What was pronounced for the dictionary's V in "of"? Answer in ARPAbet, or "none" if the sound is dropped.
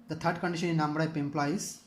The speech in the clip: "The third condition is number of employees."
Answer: P